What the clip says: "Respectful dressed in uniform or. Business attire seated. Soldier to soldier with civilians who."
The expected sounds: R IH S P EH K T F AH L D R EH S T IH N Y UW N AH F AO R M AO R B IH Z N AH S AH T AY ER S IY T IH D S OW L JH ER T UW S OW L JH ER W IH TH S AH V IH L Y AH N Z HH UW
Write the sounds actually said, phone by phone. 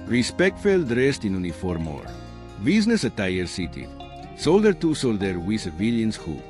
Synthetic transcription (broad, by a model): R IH S P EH K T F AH L D R EH S T IH N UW N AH F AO R M AO R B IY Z N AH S AH T AY ER S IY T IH S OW L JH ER T UW S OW L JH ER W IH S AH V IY L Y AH N S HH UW